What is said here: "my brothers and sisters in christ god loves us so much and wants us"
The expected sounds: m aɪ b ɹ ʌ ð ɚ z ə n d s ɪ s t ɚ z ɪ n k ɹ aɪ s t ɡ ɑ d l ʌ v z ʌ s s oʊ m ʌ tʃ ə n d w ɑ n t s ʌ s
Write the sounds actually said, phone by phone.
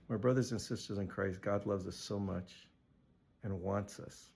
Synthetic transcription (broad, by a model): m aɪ b ɹ ʌ ð ɚ z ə n s ɪ s t ɚ z ɪ n k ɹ aɪ s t ɡ ɑ d l ʌ v z ʌ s s oʊ m ʌ tʃ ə n w ɑ n t s ʌ s